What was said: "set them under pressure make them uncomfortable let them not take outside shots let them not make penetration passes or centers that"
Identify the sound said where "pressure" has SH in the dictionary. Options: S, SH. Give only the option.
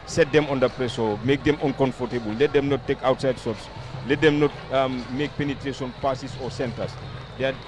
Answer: S